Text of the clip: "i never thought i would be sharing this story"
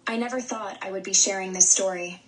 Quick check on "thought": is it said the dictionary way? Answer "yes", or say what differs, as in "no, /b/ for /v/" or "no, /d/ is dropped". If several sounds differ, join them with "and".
yes